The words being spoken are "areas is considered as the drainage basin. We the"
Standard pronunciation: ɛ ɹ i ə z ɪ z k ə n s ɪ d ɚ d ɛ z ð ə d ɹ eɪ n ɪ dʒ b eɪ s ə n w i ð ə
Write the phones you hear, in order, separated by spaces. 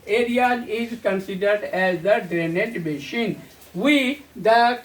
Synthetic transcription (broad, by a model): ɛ ɹ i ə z ɪ z k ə n s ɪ d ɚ d ɛ z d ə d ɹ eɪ n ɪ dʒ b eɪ ʃ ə n w i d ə